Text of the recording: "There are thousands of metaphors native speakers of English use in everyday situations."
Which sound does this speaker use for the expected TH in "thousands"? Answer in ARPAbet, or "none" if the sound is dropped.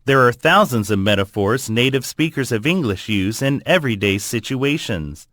TH